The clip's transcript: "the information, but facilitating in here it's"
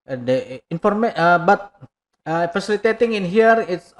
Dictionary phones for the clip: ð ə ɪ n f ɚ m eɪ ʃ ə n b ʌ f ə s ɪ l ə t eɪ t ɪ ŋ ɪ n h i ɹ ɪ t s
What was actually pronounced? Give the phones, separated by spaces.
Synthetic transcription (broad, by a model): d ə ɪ n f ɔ m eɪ ə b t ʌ f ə s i l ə t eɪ t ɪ ŋ ɪ n h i ɹ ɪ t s